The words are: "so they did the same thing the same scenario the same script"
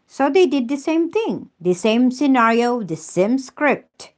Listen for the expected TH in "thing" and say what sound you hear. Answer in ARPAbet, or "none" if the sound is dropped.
T